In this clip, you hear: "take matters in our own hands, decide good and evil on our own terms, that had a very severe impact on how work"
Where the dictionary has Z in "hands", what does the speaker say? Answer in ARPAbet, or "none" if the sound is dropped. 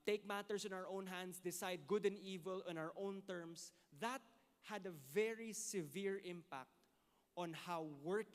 S